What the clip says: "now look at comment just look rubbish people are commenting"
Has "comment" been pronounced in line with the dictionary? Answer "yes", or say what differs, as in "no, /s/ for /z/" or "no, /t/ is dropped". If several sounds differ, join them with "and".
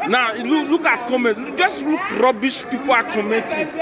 no, /n/ is dropped